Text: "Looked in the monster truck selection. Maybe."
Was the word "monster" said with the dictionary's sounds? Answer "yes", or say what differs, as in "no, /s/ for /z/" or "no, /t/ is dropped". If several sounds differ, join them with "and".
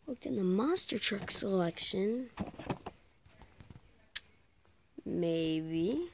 no, /n/ is dropped